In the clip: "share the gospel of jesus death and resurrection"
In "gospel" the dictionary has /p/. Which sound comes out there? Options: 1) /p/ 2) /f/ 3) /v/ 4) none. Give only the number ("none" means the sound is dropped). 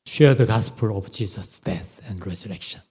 1